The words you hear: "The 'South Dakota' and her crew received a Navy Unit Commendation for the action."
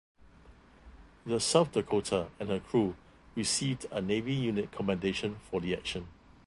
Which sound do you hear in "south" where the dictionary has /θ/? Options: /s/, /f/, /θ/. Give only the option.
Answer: /f/